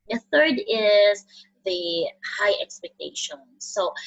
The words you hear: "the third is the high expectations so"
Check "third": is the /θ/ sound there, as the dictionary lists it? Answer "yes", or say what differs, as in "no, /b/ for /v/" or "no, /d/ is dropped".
yes